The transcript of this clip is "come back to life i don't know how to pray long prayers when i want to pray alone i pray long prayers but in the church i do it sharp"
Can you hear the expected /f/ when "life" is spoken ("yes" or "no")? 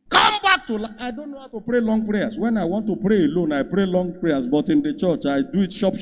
no